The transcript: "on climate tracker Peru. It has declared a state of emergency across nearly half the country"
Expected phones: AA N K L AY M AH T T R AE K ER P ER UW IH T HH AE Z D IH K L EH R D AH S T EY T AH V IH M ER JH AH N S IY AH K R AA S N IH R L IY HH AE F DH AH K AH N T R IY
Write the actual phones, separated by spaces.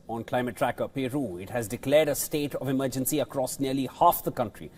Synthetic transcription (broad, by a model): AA N K L AY M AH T T R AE K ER P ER UW IH T HH AE Z D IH K L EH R D AH S T EY T AH V IH M ER JH AH N S IY AH K R AA S N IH R L IY HH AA F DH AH K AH N T R IY